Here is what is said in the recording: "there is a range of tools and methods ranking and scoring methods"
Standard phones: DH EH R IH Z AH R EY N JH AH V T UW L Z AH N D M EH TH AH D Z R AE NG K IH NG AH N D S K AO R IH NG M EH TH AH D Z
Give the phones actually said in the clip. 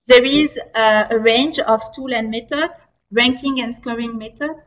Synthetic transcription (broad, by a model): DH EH R IH Z AH R EY N JH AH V T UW L AH N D M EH T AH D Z R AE NG K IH NG AH N D S K AO R IH NG M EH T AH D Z